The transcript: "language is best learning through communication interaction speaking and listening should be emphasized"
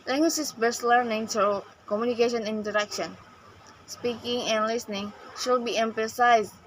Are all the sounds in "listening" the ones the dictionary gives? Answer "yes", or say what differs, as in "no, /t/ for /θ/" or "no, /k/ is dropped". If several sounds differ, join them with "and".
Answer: yes